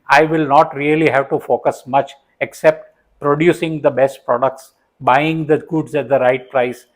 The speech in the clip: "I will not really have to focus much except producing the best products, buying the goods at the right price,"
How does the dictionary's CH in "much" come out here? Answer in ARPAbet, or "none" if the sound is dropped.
CH